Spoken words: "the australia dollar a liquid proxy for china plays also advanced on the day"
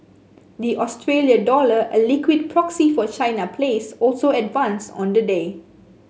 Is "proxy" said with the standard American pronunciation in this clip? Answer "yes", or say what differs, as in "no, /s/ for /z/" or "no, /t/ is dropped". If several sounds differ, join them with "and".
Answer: yes